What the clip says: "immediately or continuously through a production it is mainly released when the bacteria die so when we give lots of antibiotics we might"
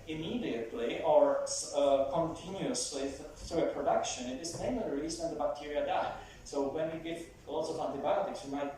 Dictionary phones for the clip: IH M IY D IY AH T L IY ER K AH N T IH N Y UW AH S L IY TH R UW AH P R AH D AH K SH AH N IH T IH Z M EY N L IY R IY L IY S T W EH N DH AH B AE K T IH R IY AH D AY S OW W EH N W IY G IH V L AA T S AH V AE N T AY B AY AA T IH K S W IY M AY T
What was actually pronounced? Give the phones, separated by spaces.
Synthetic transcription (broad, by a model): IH M IY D IY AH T L IY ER K AH N T IH N Y UW AH S L IY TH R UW AH P R AH D AH K SH AH N IH T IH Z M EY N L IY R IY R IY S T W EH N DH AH B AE K T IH R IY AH D AY S OW W EH N W IY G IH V L AA T S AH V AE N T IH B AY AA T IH K S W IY M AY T